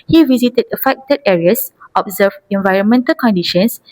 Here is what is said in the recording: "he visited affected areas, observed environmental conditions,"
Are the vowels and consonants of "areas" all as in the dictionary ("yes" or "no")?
no